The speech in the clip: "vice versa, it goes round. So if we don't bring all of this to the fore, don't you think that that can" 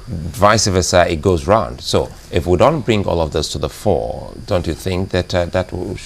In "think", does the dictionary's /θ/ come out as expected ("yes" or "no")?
yes